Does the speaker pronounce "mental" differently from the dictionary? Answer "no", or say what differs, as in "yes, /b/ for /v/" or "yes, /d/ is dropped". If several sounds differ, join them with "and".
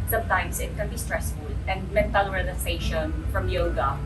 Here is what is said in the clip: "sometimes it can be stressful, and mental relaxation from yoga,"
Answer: no